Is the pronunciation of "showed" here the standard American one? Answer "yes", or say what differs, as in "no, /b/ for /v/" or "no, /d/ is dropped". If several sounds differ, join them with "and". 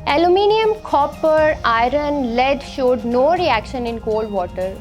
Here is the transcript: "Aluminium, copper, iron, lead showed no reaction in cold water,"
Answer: yes